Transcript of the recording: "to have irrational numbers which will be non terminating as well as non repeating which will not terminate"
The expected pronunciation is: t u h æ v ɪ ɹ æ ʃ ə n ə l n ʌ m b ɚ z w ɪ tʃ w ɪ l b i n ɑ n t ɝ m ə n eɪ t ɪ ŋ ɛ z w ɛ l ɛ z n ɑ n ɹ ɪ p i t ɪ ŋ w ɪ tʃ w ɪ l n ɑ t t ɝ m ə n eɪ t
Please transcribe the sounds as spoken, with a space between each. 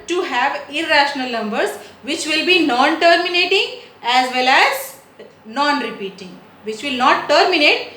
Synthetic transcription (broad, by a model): t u h æ v ɪ ɹ æ ʃ ə n ə l n ʌ m b ɚ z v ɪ tʃ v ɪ l b i n ɑ n t ɝ m ə n eɪ t ɪ ŋ ɛ z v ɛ l ɛ z n ɑ n ɹ ɪ p i t ɪ ŋ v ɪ tʃ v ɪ l n ɑ t t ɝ m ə n eɪ t